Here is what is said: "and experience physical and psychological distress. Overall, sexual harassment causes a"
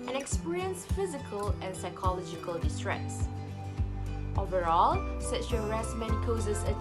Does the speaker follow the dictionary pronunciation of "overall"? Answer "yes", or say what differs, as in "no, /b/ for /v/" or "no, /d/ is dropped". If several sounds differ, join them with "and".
yes